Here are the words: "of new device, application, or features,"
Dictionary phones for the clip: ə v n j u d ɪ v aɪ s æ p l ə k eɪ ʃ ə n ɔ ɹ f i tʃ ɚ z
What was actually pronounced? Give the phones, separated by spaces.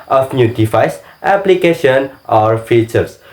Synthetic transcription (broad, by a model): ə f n j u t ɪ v aɪ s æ p l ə k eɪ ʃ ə n ɔ ɹ f i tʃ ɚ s